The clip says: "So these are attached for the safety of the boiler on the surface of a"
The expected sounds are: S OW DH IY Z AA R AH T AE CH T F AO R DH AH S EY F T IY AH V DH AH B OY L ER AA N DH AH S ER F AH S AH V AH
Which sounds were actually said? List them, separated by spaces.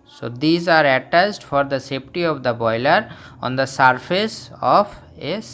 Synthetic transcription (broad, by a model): S OW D IY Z AA R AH T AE S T F AO R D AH S EY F T IY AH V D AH B OY L ER AA N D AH S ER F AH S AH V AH